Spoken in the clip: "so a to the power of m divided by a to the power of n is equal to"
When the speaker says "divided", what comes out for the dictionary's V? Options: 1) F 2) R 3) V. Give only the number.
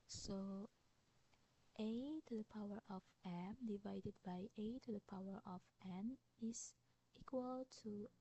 3